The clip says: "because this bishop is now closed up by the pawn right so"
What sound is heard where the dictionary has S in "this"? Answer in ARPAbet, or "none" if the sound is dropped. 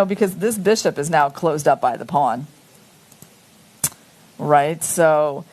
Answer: S